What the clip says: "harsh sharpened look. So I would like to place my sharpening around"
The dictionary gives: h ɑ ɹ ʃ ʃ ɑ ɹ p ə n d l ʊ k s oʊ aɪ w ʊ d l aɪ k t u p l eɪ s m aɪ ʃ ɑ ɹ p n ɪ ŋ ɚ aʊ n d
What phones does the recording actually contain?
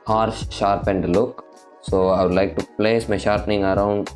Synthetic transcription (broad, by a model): h ɑ ɹ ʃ ʃ ɑ ɹ p ə n d l ʊ k s oʊ aɪ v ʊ d l aɪ k t u p l eɪ s m aɪ ʃ ɑ ɹ p n ɪ ŋ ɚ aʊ n d